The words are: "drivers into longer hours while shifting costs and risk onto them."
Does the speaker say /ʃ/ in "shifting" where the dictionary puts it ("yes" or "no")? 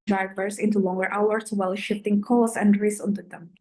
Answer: yes